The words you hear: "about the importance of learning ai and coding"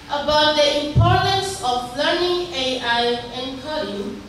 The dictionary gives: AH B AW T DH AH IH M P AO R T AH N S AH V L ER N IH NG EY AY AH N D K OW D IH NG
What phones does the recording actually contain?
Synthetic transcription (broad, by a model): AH B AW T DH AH IH M P AO R T AH N S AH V L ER N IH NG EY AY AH N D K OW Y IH